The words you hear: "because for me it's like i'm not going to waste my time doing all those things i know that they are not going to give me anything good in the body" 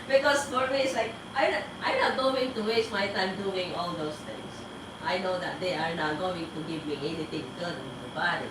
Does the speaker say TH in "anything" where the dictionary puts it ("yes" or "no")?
no